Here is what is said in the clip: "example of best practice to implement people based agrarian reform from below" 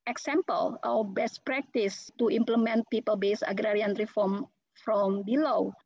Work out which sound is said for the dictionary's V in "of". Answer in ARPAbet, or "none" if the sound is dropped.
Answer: W